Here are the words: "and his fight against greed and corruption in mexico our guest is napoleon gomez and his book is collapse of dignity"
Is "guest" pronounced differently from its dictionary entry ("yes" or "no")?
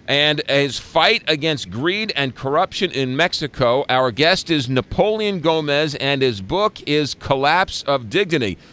no